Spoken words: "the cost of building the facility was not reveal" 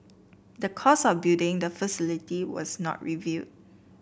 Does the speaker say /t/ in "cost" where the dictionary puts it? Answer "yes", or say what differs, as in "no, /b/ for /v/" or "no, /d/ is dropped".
no, /t/ is dropped